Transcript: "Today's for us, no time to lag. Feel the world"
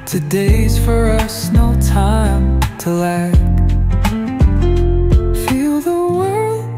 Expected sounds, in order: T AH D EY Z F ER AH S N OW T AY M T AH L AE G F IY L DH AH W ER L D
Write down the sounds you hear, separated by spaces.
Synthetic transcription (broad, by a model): T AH D EY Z F ER AH S N OW T AY M T AH L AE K F IY L DH AH W ER L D